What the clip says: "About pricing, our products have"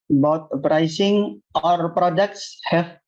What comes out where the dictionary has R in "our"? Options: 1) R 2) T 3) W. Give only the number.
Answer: 1